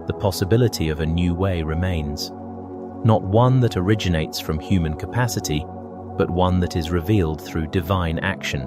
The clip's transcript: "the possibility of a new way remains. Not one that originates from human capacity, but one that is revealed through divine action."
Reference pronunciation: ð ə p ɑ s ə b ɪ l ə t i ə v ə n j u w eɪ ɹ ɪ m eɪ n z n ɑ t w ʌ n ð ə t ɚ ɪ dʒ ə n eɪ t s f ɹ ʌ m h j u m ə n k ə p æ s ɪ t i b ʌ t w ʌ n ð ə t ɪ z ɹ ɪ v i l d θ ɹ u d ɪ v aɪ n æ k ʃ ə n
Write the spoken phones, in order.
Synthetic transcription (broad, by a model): ð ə p ɑ s ə b ɪ l ə t i ə v ə n j u w eɪ ɹ ɪ m eɪ n z n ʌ t w ʌ n ð ə t ɚ ɪ dʒ ə n eɪ t s f ɹ ʌ m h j u m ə n k ə p æ s ɪ t i b ʌ t w ʌ n ð ə t ɪ z ɹ ɪ v i l d θ ɹ u d ɪ v aɪ n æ k ʃ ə n